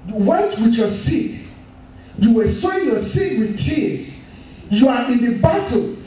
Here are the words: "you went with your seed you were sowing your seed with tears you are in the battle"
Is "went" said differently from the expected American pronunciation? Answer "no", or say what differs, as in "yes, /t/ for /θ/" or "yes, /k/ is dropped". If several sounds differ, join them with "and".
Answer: yes, /n/ is dropped